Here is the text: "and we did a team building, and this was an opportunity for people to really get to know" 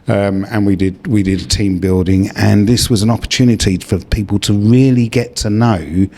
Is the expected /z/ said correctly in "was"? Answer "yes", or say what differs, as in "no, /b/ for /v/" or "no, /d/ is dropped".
yes